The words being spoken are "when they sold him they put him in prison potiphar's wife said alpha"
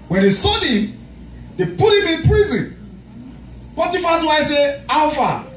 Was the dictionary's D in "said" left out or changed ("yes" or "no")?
yes